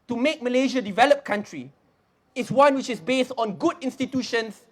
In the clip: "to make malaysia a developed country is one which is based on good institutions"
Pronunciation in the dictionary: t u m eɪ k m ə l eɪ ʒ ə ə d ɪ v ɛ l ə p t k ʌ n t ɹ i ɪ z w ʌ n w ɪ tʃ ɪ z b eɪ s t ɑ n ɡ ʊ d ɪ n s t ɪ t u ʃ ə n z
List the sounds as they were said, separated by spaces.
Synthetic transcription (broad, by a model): t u m eɪ k m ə l eɪ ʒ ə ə d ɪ v ɛ l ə p k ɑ n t ɹ i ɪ s w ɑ n w ɪ tʃ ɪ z b eɪ s t ɑ n ɡ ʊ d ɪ n s t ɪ t u ʃ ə n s